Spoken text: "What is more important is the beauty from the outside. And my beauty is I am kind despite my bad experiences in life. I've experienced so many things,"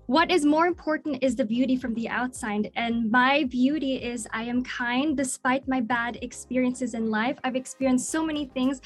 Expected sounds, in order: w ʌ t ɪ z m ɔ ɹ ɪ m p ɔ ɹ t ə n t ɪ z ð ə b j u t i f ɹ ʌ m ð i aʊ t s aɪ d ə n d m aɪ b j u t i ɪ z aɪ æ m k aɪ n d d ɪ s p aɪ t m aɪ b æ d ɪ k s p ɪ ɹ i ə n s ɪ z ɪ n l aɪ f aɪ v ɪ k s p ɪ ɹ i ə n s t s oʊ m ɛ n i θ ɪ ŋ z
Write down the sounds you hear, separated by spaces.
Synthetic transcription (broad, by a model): w ʌ t ɪ z m ɔ ɹ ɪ m p ɔ ɹ t n t ɪ z ð ə b j u t i f ɹ ʌ m ð i aʊ t s aɪ d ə n m aɪ b j u t i ɪ z aɪ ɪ m k aɪ n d d ɪ s p aɪ t m aɪ b æ d ɪ k s p ɪ ɹ i ə n s ɪ z ɪ n l aɪ f aɪ v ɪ k s p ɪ ɹ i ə n s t s oʊ m ɛ n i θ ɪ ŋ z